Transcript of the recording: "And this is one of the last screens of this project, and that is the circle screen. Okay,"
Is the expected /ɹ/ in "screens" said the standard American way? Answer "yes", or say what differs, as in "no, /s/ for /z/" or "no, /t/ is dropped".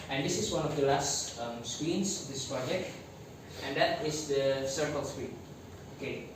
no, /w/ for /ɹ/